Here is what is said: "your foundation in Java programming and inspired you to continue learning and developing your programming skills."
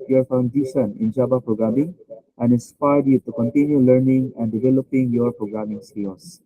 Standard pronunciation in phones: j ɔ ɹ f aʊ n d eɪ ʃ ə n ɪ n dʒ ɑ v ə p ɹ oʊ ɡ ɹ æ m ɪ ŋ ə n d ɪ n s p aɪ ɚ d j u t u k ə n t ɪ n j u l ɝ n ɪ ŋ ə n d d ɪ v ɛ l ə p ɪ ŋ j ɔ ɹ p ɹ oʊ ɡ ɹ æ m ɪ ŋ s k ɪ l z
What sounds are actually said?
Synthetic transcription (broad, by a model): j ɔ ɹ f aʊ n d eɪ ʃ ə n ɪ n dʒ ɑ b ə p ɹ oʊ ɡ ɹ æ m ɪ ŋ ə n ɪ n s p aɪ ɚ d j u t u k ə n t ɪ n j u l ɝ n ɪ ŋ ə n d d ɪ v ɛ l ə p ɪ ŋ j ɔ ɹ p ɹ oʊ ɡ ɹ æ m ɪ ŋ s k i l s